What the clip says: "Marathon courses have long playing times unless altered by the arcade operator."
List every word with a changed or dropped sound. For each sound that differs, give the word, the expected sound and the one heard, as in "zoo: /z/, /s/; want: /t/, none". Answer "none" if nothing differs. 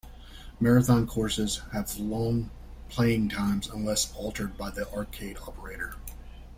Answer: none